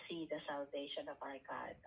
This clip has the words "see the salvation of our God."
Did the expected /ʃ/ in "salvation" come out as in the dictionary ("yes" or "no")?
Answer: yes